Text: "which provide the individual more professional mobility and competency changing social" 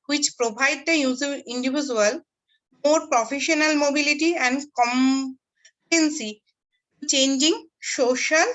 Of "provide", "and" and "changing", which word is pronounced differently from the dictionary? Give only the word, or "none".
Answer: provide